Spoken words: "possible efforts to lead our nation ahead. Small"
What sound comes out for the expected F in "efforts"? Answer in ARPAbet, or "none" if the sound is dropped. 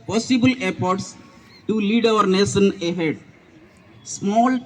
P